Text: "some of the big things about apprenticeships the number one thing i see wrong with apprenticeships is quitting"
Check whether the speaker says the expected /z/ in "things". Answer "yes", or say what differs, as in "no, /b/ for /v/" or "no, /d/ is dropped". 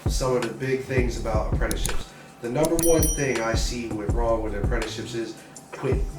yes